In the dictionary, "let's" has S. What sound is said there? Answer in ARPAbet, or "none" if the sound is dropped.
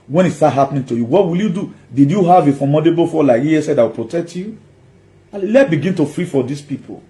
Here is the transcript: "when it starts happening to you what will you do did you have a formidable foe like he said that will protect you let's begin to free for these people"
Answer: none